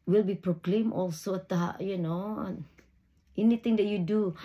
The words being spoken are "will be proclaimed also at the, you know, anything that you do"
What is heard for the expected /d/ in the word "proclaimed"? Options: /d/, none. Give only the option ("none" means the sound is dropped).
none